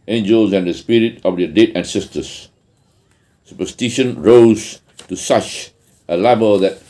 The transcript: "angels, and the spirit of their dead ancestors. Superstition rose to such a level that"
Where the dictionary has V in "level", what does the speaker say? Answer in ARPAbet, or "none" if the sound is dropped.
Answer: B